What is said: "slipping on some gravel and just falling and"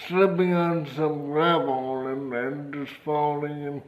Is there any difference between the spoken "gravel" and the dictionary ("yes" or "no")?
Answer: yes